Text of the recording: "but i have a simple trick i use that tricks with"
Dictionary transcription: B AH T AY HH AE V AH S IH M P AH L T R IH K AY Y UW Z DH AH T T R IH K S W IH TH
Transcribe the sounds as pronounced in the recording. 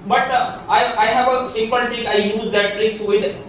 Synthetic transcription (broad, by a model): B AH T AY HH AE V AH S IH M P AH L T IH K AY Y UW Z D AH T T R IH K S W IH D